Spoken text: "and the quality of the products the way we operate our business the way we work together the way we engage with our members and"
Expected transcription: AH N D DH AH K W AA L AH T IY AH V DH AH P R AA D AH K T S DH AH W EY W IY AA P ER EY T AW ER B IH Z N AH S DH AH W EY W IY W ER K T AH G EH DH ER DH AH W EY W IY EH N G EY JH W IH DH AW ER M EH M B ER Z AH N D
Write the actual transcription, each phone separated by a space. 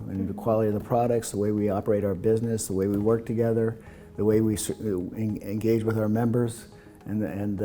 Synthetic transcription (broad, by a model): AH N DH AH K W AA L AH T IY AH V DH AH P R AA D AH K T S DH AH W EY W IY AA P ER EY T AW ER B IH Z N AH S DH AH W EY W IY W ER K T AH G EH DH ER DH AH W EY W IY EH N G EY JH W IH DH AW ER M EH M B ER Z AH N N